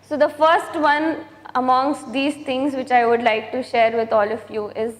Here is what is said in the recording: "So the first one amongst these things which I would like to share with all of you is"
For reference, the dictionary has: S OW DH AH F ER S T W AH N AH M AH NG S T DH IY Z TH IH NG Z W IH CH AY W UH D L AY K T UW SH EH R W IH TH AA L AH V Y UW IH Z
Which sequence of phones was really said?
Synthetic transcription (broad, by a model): S OW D AH F ER S T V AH N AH M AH NG S T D IY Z T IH NG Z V IH CH AY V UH D L AY K T UW SH EH R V IH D AA L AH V Y UW IH Z